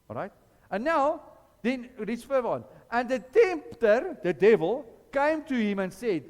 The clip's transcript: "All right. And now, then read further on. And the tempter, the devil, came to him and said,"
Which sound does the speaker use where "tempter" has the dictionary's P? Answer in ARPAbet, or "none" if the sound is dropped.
P